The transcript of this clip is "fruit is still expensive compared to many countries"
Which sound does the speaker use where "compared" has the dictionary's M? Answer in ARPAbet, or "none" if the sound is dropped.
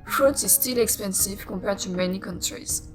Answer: none